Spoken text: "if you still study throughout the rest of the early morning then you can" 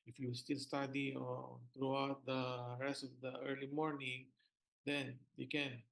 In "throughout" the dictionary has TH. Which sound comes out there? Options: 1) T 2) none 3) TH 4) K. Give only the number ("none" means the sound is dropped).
1